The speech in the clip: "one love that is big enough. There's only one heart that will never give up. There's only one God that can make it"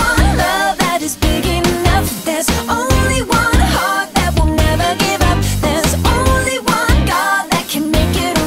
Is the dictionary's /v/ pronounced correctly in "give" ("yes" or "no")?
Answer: yes